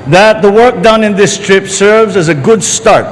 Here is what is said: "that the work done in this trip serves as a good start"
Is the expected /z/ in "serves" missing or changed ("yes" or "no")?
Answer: no